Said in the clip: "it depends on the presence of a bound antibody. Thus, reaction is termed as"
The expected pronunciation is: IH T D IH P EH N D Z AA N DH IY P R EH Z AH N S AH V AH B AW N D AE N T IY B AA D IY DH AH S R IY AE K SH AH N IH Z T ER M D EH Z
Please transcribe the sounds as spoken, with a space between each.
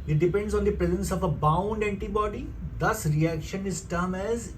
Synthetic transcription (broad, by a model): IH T D IH P EH N D Z AA N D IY P R EH Z AH N S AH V AH B AW N D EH N T IY B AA D IY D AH S R IY AE K SH AH N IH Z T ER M EH Z